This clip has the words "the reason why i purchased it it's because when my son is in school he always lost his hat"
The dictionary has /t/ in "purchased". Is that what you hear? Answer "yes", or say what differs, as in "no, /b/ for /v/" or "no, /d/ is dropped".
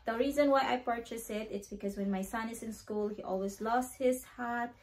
no, /t/ is dropped